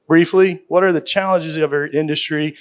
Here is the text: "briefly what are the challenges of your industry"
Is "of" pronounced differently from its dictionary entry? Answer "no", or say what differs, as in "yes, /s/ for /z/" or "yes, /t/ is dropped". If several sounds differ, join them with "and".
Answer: no